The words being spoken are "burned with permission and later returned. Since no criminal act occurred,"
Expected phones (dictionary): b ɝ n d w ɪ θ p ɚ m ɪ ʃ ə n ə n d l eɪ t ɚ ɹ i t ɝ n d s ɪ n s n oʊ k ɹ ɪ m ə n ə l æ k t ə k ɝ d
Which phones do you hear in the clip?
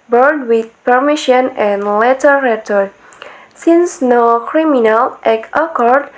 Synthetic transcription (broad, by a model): b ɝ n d w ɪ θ p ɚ m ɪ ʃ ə n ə n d l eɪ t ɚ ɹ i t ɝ d s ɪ n s n oʊ k ɹ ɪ m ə n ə l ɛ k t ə k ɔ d